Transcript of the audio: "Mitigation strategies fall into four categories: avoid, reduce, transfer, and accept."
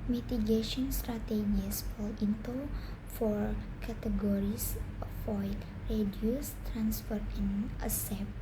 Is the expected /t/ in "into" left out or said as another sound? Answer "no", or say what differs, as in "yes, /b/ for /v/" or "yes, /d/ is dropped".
no